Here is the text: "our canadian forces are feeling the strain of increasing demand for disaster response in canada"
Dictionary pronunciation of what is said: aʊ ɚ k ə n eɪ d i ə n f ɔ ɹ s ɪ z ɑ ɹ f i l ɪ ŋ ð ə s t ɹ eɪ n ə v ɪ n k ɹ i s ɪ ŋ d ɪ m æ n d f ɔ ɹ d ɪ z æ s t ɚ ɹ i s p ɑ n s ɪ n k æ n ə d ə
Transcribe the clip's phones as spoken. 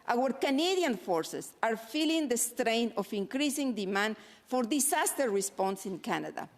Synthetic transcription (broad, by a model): aʊ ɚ k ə n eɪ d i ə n f ɔ ɹ s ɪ s ɑ ɹ f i l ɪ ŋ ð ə s t ɹ eɪ n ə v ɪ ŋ k ɹ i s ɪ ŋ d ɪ m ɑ n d f ɔ ɹ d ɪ s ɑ s t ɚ ɹ i s p ɑ n s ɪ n k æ n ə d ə